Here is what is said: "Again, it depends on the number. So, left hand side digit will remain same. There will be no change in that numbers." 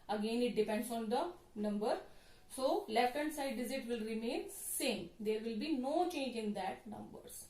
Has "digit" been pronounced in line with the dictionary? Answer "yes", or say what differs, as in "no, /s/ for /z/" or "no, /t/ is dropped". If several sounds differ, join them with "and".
no, /z/ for /dʒ/